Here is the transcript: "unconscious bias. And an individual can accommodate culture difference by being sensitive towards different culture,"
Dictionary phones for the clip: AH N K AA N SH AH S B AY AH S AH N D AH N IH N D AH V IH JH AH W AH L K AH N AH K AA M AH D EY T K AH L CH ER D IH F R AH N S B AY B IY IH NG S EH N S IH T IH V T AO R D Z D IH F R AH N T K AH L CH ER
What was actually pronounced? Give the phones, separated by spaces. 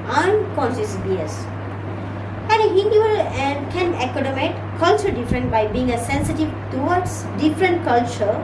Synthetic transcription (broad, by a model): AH N K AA N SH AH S B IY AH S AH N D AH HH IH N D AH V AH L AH N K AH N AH K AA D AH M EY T K AH L CH ER D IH F R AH N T B AY B IY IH NG S EH N S IH T IH V T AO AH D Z D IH F R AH N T K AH L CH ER